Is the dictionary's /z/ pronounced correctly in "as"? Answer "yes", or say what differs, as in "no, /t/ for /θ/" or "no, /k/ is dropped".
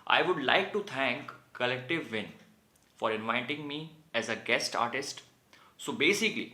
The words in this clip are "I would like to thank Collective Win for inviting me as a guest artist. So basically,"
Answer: yes